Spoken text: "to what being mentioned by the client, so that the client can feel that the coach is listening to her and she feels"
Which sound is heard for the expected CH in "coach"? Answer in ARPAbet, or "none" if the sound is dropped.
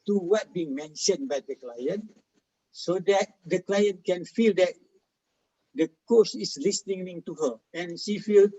S